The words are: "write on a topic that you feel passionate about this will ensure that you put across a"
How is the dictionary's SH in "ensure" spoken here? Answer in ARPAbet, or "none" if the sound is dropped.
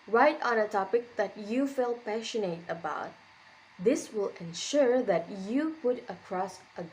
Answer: SH